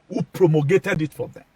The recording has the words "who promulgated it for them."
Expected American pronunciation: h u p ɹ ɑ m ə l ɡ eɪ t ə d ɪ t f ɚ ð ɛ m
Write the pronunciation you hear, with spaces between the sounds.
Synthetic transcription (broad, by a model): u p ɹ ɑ m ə ɡ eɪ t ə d ɪ t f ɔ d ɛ